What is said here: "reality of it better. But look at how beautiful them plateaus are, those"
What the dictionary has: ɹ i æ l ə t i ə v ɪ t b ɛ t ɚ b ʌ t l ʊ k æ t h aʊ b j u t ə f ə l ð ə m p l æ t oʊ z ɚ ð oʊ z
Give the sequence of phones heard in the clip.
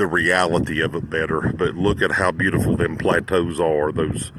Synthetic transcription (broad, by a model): ɹ i æ l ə t i ə v ɪ t b ɛ t ɚ b ʌ t l ʊ k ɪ t h aʊ b j u t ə f l ð ə m p l æ t oʊ z ɚ ð oʊ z